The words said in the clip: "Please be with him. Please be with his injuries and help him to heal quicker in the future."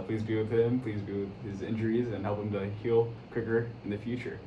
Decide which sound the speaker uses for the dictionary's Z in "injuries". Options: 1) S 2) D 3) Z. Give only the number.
3